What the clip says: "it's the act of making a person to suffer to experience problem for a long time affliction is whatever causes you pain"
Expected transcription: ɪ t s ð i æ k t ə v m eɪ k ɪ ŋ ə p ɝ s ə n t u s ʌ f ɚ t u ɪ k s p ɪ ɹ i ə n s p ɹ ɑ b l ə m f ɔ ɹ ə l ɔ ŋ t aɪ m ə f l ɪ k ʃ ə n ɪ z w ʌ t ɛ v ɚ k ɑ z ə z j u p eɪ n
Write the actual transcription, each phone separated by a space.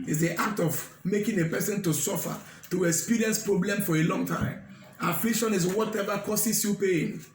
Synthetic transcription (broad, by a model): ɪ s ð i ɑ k t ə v m eɪ k ɪ ŋ ə p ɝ s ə n t u s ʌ f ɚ t u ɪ k s p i ɹ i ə n s p ɹ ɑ b l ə m f ɔ ɹ ə l ɔ ŋ t aɪ m ə f l ɪ k ʃ ə n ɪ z w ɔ t ɛ v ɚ k ɑ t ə s j u p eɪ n